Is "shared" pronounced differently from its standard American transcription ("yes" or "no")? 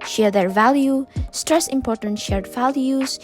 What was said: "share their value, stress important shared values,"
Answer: no